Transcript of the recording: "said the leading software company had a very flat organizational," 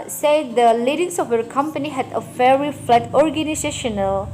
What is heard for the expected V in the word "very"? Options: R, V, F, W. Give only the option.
F